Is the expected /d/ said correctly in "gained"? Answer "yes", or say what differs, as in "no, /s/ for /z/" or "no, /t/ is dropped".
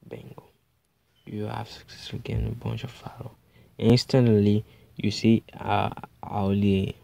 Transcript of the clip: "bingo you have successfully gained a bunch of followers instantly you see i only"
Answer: no, /d/ is dropped